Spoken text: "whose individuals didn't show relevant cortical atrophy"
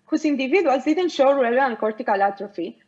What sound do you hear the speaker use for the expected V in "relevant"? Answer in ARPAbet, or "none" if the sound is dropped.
none